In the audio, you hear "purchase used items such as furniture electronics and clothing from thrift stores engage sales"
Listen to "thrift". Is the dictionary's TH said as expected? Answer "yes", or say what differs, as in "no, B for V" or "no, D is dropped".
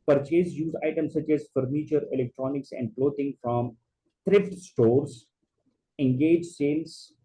no, T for TH